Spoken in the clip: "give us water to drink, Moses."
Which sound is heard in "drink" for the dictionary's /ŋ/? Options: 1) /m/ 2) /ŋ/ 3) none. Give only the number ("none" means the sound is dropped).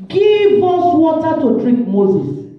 3